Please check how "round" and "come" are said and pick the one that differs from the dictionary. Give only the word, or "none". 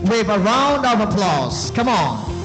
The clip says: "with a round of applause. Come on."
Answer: none